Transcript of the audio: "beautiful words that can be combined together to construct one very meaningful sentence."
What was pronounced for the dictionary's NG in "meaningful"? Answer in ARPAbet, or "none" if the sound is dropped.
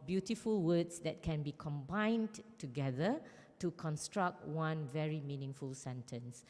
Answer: NG